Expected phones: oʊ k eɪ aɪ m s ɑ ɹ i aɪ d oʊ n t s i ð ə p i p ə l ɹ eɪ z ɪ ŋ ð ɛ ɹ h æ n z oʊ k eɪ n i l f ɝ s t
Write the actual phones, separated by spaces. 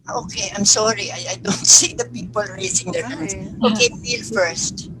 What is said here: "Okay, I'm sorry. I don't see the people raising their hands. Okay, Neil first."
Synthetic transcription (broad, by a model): oʊ k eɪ aɪ m s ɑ ɹ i aɪ d oʊ n t s i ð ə p i p ə l ɹ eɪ s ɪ ŋ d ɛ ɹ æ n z oʊ k eɪ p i l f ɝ s t